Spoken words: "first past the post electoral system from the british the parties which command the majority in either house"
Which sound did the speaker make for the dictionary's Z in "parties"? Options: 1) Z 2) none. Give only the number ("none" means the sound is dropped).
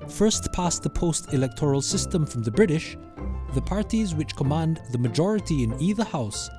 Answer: 1